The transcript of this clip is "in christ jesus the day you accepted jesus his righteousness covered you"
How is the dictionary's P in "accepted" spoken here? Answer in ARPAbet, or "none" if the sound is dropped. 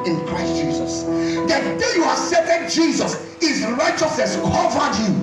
none